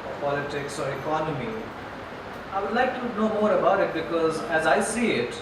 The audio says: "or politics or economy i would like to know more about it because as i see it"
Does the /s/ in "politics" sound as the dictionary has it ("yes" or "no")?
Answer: yes